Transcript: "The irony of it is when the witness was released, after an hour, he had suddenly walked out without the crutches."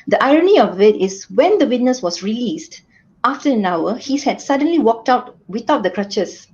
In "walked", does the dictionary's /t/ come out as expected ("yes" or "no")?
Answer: yes